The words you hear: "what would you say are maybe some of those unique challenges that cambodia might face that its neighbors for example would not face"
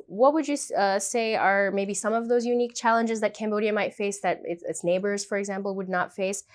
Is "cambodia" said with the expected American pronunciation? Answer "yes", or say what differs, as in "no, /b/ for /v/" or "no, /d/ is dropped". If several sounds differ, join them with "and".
yes